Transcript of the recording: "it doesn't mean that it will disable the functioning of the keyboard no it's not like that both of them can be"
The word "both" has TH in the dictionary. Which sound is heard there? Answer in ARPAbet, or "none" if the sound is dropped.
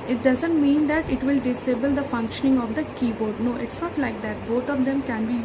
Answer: T